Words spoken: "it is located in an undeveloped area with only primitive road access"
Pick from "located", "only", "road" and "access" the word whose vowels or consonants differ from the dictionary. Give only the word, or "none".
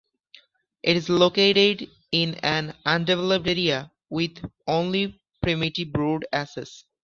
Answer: access